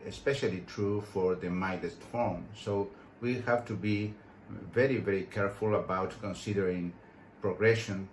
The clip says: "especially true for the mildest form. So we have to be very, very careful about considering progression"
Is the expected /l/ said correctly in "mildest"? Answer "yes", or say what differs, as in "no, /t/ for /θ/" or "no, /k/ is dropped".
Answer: no, /l/ is dropped